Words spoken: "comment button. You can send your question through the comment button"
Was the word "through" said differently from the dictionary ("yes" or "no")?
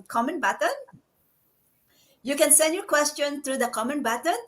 yes